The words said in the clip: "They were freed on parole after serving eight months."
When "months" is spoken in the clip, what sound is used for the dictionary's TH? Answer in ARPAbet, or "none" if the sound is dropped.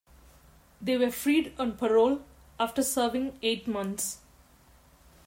T